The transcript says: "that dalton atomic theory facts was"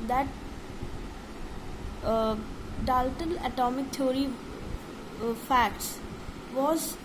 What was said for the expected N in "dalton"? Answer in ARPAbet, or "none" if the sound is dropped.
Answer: L